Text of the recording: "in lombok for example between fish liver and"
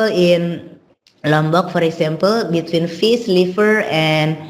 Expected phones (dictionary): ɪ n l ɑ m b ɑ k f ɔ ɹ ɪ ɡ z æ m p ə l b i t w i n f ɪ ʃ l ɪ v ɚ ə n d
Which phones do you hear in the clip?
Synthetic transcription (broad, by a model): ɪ n l ɑ m b ɑ k f ɔ ɹ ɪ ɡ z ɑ m p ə l b i t w i n f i s l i f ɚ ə n